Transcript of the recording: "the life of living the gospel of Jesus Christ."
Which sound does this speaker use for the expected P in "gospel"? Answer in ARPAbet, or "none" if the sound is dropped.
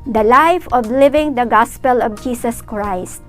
P